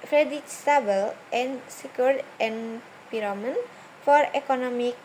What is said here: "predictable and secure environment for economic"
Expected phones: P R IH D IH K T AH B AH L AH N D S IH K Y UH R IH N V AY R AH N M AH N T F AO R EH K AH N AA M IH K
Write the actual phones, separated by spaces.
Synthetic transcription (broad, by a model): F R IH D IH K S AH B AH L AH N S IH K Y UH R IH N P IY R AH M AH N F AO R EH K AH N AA M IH K